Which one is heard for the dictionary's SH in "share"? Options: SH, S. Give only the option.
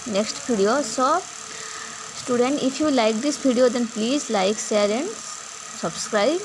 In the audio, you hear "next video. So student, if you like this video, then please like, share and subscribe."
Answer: S